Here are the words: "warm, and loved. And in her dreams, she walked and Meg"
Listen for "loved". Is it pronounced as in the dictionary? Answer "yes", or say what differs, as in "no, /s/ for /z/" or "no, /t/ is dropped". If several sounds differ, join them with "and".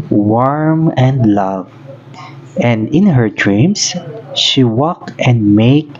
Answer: no, /d/ is dropped